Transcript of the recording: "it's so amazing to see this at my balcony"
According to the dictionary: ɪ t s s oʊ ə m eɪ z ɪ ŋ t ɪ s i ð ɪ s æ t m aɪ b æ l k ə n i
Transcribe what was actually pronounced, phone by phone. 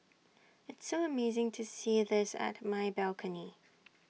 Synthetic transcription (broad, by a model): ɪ t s s oʊ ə m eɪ z ɪ ŋ t ɪ s i ð ɪ s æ t m aɪ b æ l k ə n i